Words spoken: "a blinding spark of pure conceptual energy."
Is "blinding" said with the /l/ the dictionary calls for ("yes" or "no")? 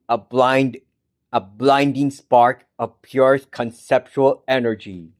yes